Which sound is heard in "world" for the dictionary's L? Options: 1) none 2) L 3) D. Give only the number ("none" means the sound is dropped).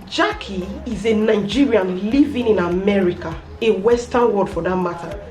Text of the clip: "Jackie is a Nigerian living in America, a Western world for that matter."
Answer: 1